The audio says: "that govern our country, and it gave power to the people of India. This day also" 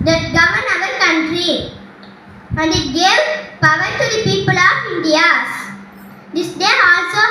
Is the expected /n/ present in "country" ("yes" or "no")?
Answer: yes